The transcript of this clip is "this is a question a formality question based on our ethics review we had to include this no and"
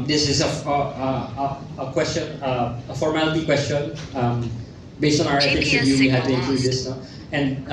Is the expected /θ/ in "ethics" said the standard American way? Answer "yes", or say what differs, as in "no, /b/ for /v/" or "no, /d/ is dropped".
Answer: no, /f/ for /θ/